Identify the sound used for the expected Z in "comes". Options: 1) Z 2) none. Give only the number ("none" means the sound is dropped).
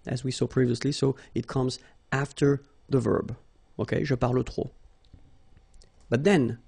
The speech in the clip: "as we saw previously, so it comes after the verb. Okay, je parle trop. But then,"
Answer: 1